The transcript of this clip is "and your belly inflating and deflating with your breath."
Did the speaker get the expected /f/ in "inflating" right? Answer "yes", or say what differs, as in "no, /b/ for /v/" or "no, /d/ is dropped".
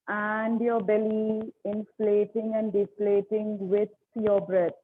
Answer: yes